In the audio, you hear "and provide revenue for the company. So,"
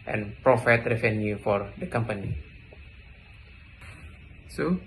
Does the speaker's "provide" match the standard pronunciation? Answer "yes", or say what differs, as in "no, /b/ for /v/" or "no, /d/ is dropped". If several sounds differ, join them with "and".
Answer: no, /f/ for /v/